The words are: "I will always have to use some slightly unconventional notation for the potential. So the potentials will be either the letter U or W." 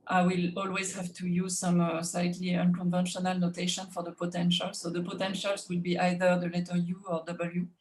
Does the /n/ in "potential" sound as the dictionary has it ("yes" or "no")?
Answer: yes